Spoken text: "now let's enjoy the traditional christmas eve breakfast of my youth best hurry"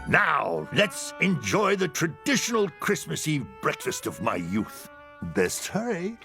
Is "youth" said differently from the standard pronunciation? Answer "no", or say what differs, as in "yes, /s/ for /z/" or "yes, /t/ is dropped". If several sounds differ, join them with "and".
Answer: no